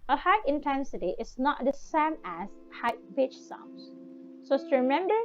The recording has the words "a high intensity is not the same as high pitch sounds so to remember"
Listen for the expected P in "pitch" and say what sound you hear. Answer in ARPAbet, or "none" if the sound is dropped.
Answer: B